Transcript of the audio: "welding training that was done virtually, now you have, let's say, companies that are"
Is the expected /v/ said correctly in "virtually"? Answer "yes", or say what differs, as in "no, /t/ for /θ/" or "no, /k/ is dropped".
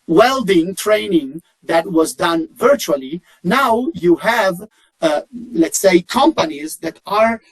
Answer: yes